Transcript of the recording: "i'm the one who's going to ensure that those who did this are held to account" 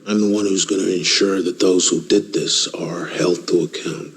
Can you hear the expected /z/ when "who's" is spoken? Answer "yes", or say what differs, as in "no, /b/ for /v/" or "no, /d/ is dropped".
yes